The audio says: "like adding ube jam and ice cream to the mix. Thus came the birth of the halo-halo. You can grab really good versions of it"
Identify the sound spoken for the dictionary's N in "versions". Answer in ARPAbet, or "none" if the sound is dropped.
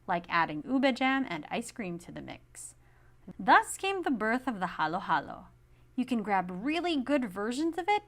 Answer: N